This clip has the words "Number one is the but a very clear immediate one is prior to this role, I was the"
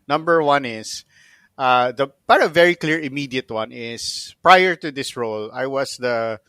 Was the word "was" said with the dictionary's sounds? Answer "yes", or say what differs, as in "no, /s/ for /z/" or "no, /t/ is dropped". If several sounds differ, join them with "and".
no, /s/ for /z/